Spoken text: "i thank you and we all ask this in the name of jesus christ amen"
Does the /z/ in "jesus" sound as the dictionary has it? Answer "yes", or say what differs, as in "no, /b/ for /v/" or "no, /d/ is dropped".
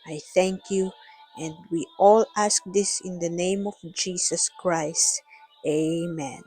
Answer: no, /s/ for /z/